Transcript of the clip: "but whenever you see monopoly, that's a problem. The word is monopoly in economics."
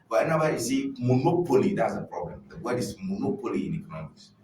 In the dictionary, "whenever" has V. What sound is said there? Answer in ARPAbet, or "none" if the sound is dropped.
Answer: W